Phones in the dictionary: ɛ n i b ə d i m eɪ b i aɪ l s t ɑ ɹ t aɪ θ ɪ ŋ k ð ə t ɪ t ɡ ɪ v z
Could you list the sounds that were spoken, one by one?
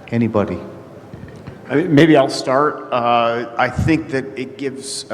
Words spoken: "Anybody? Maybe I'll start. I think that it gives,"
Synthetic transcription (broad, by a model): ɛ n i b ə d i m eɪ b i aɪ l s t ɑ ɹ t aɪ θ ɪ ŋ k ð ə t ɪ t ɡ ɪ v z